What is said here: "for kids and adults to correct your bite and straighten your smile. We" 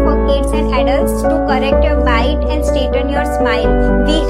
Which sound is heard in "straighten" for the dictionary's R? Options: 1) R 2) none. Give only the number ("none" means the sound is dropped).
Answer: 2